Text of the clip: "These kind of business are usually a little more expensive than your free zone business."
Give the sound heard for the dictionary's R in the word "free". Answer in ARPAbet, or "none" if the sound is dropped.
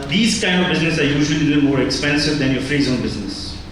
R